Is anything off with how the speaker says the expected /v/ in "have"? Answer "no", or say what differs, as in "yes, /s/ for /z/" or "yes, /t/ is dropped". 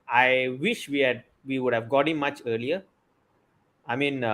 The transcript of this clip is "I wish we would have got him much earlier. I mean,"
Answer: no